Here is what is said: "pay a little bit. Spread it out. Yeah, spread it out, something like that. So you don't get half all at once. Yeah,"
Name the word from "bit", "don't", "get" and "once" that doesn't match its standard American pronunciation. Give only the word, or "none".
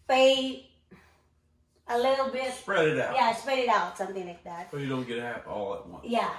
once